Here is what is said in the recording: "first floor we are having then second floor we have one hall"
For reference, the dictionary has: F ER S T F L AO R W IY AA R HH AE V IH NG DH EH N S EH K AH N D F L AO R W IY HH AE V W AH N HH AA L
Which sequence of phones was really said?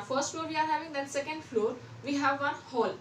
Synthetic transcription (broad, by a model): F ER S T F L AO R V IY AA R HH AE V IH NG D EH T S EH K AH N D F L AO R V IY HH AE V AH N HH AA L